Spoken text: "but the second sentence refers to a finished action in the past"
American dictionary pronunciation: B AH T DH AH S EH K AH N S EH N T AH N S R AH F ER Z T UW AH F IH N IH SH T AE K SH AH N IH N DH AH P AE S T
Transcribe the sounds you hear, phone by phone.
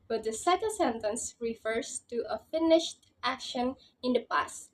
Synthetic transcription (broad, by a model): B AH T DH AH S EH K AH L S EH N T AH N S R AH F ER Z T UW AH F IH N IH SH T AE K SH AH N IH N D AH P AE S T